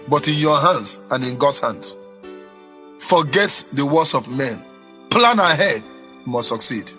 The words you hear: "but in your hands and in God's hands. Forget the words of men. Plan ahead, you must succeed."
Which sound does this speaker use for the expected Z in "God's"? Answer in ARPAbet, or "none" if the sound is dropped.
none